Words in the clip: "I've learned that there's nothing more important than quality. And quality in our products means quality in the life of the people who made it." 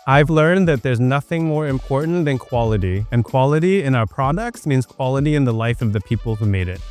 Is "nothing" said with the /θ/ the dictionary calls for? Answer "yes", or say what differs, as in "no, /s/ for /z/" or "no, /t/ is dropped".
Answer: yes